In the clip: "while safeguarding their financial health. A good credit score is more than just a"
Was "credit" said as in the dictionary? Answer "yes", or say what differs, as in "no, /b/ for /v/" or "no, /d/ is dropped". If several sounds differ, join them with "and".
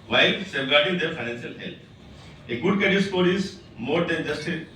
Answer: no, /ɹ/ is dropped